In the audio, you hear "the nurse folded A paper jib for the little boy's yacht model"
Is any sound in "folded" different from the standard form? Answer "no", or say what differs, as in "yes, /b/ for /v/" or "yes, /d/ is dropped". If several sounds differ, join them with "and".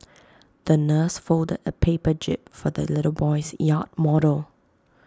no